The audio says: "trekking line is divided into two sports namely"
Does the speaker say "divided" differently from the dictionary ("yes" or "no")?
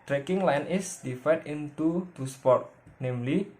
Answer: yes